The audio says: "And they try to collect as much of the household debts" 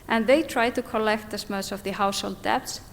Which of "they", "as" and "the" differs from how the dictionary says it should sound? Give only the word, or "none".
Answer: as